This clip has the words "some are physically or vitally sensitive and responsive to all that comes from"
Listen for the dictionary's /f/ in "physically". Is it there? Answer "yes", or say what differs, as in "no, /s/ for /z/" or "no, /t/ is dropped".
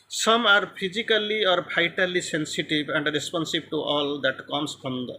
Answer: no, /p/ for /f/